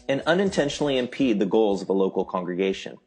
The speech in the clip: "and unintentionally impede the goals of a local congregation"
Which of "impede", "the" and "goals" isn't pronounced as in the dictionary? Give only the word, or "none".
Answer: none